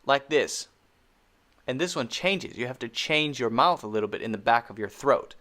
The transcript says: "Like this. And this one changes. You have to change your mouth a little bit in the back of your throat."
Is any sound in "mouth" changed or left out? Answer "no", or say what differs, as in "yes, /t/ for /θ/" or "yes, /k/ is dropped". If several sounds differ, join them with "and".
no